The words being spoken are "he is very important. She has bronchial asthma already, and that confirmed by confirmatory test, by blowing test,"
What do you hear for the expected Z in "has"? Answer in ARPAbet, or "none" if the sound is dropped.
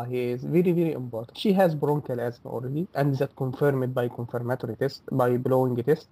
Z